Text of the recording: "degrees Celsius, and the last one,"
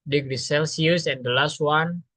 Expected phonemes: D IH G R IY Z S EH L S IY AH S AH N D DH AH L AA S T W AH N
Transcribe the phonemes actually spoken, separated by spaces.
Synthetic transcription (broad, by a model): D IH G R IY S EH L S IY AH S AH N D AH L AA S T W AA N